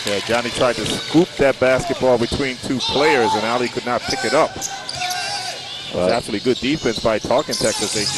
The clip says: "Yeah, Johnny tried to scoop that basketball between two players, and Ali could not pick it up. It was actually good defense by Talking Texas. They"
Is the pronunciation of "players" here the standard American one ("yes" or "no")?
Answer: yes